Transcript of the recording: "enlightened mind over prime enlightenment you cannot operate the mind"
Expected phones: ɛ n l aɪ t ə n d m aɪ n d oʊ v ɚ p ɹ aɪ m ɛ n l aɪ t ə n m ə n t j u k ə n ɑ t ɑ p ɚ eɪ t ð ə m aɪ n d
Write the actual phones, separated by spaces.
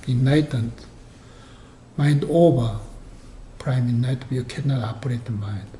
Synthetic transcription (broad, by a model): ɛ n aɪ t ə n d m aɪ n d oʊ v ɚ p ɹ aɪ m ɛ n aɪ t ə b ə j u k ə n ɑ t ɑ p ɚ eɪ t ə m aɪ n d